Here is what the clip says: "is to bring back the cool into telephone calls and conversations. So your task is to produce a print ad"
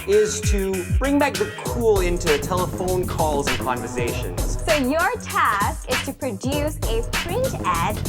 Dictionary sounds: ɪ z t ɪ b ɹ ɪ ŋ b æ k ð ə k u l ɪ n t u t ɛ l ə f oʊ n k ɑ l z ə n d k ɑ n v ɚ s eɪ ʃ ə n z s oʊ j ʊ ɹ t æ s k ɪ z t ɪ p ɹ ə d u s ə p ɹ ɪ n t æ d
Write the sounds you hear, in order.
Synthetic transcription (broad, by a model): ɪ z t ɪ b ɹ ɪ ŋ b æ k ð ə k u l ɪ n t u t ɛ l ə f oʊ n k ɑ l z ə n k ɑ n v ɚ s eɪ ʃ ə n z s oʊ j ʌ ɹ t æ s k ɪ z t ɪ p ɹ ə d u s ə p ɹ ɪ n t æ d